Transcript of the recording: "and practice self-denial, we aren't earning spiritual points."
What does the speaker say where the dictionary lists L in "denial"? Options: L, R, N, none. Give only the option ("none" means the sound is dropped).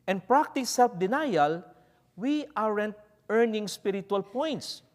L